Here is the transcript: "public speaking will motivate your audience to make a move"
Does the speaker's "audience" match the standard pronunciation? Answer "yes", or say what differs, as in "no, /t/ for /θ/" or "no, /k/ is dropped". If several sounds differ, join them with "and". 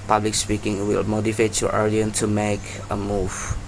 no, /s/ is dropped